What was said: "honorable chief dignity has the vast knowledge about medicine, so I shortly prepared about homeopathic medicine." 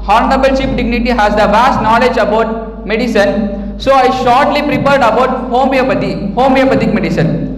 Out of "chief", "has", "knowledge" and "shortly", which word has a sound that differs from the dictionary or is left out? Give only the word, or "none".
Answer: chief